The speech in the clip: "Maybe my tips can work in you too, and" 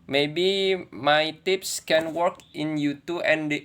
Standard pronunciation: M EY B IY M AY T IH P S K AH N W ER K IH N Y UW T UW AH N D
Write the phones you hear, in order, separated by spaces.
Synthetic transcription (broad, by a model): M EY B IY M AY T IH P S K AH N W ER K IH N Y UW T UW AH N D